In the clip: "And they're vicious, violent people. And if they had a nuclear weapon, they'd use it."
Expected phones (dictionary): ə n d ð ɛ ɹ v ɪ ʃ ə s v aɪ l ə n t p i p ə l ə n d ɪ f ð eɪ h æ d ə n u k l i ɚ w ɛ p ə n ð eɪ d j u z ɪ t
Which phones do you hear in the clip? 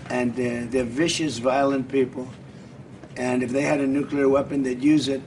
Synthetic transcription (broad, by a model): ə n ð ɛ ɹ v ɪ ʃ ə s v aɪ l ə n p i p l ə n ɪ f ð eɪ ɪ d ə n u k l i ɚ w ɛ p ə n ð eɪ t j u z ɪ t